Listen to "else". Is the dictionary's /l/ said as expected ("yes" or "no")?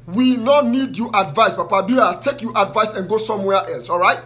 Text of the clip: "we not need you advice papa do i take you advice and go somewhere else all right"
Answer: yes